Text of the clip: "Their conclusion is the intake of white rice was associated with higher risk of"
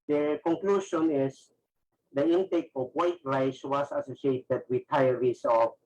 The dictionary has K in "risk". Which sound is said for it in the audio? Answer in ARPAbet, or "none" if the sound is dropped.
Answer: none